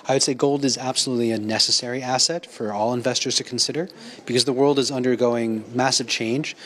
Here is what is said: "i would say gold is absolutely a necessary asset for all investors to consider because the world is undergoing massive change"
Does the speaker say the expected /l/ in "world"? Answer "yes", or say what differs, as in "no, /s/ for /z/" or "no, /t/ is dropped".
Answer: yes